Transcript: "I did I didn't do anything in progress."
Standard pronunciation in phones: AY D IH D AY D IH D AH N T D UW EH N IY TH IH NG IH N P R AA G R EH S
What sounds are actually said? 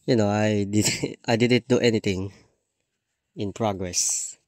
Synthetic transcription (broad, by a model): AY D IH D AY D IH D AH N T D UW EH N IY T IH NG IH N P R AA G R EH S